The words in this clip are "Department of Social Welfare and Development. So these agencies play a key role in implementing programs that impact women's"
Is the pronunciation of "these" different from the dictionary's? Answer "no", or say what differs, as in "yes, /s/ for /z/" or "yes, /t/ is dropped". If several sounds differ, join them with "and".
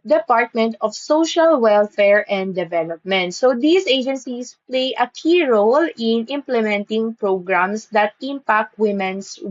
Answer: yes, /s/ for /z/